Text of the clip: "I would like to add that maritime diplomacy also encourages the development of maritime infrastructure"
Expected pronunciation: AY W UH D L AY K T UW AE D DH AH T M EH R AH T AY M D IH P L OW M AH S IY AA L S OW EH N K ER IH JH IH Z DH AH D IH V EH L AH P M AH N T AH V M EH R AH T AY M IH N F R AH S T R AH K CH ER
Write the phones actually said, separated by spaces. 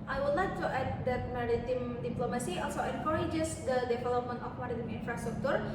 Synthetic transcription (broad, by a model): AY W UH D L AY K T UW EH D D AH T M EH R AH T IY M D IH P L OW M AH S IY AA L S OW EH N K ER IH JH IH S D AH D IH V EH L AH P M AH N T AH F M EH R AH T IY M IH N F R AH S T R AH K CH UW